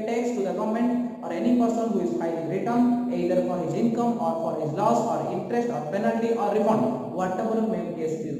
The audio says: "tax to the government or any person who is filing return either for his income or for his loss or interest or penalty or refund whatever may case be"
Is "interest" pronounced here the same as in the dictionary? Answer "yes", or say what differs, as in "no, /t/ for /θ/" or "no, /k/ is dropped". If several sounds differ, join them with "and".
yes